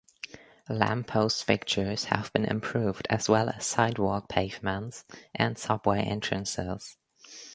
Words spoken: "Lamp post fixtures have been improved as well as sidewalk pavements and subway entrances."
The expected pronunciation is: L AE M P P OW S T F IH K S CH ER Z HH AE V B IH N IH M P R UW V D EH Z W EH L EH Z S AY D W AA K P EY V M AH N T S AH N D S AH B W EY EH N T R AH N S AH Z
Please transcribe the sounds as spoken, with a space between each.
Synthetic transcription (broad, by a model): L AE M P P OW S T F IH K CH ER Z HH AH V B IH N IH M P R UW V D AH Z W EH L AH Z S AY D W AA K P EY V M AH N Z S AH N S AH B W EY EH N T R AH N S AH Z